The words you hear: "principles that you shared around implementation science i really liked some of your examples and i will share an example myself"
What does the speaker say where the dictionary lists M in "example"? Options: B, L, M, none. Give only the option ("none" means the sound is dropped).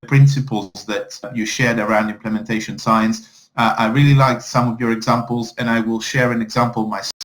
M